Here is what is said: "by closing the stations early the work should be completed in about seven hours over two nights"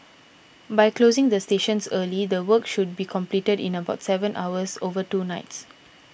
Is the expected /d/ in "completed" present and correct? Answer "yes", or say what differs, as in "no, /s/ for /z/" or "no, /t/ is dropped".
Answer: yes